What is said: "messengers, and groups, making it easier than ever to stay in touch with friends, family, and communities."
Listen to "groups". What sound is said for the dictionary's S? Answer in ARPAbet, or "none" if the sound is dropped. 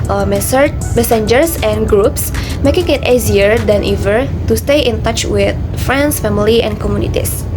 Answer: S